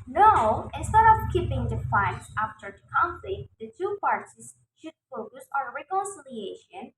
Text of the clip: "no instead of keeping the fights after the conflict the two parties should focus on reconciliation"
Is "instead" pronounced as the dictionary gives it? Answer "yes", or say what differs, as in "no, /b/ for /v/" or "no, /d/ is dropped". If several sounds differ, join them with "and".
yes